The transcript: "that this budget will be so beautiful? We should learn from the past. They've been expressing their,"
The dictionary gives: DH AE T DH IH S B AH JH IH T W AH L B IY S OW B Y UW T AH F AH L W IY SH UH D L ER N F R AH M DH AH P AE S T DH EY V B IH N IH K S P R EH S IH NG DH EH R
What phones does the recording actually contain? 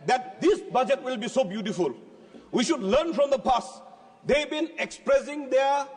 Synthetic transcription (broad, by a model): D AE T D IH S B AH JH IH T W AH L B IY S OW B Y UW T AH F AH L W IY SH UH D L ER N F R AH M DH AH P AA S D EY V B IH N IH K S P R EH S IH NG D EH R